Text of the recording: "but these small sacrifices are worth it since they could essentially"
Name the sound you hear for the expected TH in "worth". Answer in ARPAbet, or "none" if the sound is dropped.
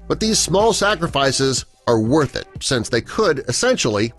TH